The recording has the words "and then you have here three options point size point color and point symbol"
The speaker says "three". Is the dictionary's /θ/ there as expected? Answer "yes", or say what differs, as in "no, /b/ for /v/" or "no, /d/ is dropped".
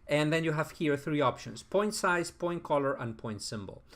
yes